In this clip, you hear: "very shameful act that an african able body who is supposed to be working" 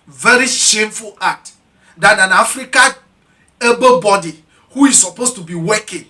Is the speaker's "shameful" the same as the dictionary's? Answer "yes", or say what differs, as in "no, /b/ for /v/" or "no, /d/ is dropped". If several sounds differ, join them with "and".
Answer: yes